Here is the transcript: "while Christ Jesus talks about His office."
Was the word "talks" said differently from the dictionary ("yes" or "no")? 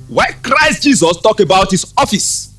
yes